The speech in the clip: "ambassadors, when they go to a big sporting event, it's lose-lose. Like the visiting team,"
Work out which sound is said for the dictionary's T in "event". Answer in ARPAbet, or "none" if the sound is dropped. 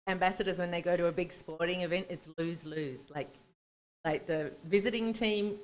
T